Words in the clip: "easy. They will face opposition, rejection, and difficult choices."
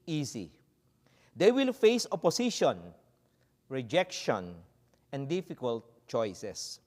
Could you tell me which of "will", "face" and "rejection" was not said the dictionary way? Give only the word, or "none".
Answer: none